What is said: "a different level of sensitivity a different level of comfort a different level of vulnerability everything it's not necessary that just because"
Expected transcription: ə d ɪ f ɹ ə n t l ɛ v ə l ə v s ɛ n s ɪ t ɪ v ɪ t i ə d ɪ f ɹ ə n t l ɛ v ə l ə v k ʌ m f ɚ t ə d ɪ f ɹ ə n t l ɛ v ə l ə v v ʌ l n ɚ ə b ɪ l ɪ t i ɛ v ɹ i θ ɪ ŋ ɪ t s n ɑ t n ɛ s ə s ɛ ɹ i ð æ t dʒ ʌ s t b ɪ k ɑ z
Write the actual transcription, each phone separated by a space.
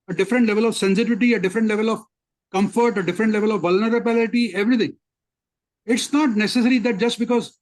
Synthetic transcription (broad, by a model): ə d ɪ f ɹ ə n t l ɛ v ə l ə v s ɛ n s ɪ t ɪ v ɪ t i ə d ɪ f ɹ ə n t l ɛ v ə l ə v k ʌ m f ɚ t ə d ɪ f ɹ ə n t l ɛ v ə l ə v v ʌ l n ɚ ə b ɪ l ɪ t i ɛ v ɹ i t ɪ ŋ ɪ t s n ɑ t n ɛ s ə s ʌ ɹ i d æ t dʒ ʌ s t b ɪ k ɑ z